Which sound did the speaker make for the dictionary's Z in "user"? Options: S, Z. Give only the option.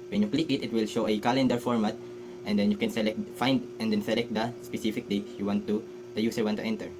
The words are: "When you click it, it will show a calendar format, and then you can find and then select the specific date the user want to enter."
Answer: S